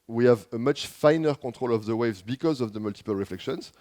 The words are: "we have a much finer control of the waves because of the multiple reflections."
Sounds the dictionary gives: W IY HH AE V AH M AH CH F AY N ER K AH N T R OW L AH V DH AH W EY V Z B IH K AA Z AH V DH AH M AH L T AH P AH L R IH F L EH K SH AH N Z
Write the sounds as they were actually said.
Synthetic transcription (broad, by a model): W IY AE V AH M AH CH F AY N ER K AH T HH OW L AH V DH AH W EY V Z B IH K AA Z AH V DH AH M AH L T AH P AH L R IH F L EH K SH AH N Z